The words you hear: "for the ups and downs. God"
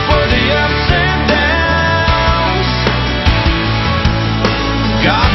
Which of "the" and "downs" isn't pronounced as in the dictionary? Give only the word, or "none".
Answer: downs